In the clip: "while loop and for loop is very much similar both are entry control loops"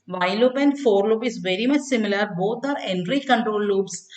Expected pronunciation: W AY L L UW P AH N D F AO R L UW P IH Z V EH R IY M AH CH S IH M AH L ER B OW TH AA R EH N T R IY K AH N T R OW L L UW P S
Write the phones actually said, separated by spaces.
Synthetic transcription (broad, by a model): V AY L L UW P AH N D F AO R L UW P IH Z V EH R IY M AH CH S IH M AH L ER B OW T AA R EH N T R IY K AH N T R OW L L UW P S